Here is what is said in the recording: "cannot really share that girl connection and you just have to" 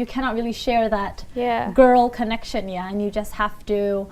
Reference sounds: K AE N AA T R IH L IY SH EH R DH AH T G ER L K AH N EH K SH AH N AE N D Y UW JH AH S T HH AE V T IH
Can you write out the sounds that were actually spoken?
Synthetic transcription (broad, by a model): K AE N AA T R IH L IY SH EH R DH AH T G ER L K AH N EH K SH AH N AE N Y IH JH AH S T HH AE F T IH